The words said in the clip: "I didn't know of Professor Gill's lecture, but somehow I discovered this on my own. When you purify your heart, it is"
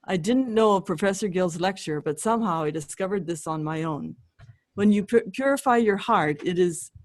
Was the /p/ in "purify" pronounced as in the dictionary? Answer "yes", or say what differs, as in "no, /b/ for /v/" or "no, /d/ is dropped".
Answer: yes